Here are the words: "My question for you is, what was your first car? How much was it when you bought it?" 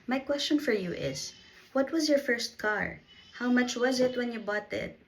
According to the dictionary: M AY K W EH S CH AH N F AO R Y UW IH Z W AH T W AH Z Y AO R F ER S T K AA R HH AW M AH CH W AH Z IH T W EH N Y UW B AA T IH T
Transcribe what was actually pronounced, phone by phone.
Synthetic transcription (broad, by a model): M AY K W EH S CH AH N F AO R Y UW IH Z W AH T W AH Z Y AO R F ER S T K AA R HH AW M AH CH W AH Z IH T W EH N Y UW B AA T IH T